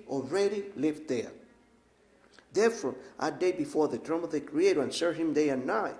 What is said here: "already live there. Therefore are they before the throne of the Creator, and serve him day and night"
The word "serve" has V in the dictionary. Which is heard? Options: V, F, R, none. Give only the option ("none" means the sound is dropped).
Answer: none